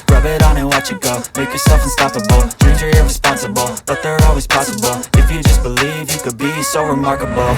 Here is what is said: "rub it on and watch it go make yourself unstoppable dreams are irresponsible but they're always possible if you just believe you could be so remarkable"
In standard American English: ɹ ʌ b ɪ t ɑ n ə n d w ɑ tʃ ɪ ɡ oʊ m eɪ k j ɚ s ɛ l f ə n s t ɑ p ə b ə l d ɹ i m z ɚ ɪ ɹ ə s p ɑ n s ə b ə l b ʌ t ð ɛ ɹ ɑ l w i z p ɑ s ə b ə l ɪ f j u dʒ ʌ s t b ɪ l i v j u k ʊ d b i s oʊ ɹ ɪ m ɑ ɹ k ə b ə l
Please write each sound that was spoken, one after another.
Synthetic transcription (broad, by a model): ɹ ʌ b ɪ t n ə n w ɑ tʃ ɪ ɡ oʊ m eɪ k j ɚ s ɛ l f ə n s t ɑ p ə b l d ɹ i z ɚ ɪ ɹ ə s p ɑ n s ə b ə l b ʌ t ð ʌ ɹ ɑ l w i z p ɑ s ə b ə l ɪ f j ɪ dʒ ʌ s b ɪ l i v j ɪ k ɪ d b i s oʊ ɹ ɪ m ɑ ɹ k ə b l